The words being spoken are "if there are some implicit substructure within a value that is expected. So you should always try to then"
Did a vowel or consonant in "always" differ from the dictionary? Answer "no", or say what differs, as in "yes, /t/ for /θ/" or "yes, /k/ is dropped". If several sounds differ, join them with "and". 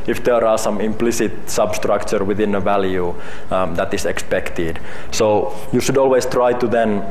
yes, /s/ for /z/